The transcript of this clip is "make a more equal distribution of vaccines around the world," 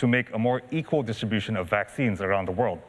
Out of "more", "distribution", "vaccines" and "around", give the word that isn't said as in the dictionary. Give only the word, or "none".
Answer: none